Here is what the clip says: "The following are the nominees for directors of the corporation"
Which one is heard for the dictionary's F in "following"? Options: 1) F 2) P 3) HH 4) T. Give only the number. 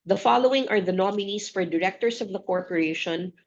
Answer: 1